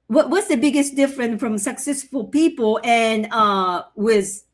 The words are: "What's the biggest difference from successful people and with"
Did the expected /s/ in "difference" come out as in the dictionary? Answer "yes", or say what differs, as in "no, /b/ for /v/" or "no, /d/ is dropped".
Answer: no, /s/ is dropped